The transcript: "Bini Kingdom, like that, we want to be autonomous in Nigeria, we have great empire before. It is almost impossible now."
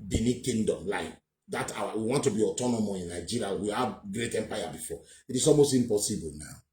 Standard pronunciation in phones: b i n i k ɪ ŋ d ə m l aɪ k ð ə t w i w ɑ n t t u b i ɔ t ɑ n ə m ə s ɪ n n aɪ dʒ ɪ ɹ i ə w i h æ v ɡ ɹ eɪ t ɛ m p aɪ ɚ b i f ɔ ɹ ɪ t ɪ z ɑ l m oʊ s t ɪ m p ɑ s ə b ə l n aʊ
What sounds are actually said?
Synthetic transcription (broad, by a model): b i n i k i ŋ d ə m l aɪ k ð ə t w i w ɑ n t t u b i ɔ t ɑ n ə m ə ɪ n n aɪ dʒ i ɹ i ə w i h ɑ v ɡ ɹ eɪ t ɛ m p aɪ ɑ b i f ɔ ɪ t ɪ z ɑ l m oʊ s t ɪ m p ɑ s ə b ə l n aʊ